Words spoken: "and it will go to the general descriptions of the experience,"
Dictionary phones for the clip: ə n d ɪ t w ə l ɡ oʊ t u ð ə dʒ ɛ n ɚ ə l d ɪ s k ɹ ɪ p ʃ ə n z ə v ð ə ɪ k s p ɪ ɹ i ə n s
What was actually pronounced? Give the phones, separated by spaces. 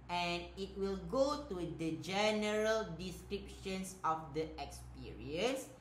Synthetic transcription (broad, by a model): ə n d ɪ t w ə l ɡ oʊ t u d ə dʒ ɛ n ɚ ə l d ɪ s k ɹ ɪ p ʃ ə n s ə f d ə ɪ k s p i ɹ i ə n s